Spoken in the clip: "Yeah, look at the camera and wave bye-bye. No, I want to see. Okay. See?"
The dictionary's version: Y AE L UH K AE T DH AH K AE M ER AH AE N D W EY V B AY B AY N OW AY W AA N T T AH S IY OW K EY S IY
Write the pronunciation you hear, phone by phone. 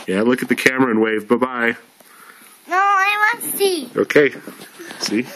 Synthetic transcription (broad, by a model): Y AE L UH K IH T DH AH K AE M ER AH N W EY V B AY B AY N OW AY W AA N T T S IY OW K EY S IY